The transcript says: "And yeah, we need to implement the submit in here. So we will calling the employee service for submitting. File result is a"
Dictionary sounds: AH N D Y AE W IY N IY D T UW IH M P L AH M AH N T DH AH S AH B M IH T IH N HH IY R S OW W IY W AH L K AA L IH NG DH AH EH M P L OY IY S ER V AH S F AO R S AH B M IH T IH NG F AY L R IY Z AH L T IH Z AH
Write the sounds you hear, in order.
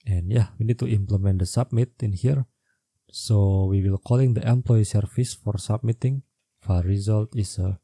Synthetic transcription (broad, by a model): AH N Y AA W IY N IY D T UW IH M P L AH M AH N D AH S AH B M IH T IH N HH IY R S OW W IY W AH L K AA L IH NG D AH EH M P L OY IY S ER F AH S F AO R S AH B M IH T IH NG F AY R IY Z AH L T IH S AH